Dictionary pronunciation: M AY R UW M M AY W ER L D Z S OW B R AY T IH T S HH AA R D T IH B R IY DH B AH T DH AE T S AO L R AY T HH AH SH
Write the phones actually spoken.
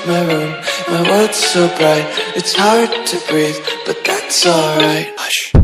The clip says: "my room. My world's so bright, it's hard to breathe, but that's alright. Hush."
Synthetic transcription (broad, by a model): M AY R UW M M AY W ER D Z S OW B R AY T IH T S HH AA R D T IH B R IY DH B AH T DH AE T S AO L R AY T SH